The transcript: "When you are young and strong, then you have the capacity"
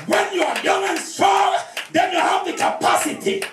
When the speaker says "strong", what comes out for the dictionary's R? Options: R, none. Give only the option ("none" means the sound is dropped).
none